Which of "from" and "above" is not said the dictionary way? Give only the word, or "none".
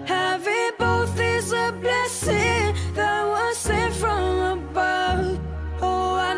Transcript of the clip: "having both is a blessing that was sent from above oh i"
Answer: above